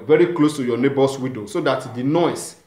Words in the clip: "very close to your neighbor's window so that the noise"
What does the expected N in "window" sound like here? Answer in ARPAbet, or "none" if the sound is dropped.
none